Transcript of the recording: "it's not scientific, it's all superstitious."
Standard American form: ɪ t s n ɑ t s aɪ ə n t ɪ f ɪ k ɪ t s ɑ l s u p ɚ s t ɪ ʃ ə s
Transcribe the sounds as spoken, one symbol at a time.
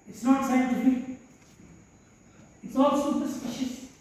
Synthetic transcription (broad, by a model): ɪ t s n ɑ t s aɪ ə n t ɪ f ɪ ɪ t s ɑ l s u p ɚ s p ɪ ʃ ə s